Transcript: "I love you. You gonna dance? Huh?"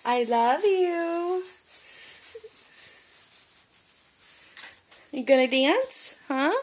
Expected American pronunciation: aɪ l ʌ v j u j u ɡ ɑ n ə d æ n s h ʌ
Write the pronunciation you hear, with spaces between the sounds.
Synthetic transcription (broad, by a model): aɪ l ʌ v j u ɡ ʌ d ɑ ə d æ n s h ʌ